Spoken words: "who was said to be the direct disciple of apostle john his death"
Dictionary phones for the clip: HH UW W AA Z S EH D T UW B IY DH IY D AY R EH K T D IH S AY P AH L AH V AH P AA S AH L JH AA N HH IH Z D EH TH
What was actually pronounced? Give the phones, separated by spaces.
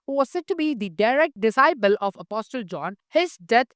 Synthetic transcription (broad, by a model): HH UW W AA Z S EH D T UW B IY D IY D AY R EH K T D IH S AY P AH L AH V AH P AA S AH L JH AA N HH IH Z D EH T